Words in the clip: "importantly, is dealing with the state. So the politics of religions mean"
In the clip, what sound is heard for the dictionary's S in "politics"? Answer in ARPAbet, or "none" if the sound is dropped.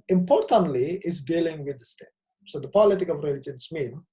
none